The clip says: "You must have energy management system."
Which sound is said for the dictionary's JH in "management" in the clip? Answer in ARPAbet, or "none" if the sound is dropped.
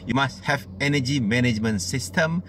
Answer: JH